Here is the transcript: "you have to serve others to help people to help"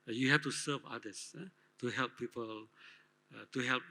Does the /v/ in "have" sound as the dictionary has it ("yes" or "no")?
no